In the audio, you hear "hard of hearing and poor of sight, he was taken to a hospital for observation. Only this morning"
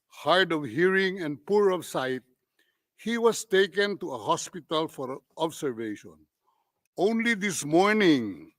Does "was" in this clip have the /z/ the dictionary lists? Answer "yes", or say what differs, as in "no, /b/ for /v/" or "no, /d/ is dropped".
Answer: no, /s/ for /z/